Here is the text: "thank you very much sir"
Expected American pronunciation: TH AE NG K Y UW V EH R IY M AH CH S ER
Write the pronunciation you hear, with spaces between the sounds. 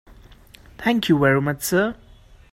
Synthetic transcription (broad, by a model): T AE NG K Y UW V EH R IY M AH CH S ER